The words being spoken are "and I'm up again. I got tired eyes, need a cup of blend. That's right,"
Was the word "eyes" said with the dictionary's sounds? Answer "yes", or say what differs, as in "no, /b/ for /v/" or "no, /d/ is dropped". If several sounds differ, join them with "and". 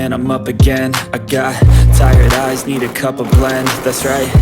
yes